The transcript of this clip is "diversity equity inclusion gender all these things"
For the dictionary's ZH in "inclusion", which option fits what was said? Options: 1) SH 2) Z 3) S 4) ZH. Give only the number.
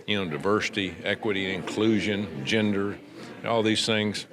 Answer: 4